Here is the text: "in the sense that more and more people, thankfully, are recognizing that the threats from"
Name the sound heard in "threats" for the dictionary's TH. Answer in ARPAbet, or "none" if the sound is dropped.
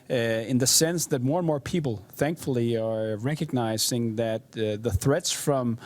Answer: TH